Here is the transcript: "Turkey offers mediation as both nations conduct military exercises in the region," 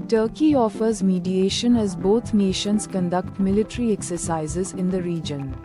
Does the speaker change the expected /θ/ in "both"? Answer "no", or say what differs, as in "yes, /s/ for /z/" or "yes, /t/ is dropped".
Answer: yes, /t/ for /θ/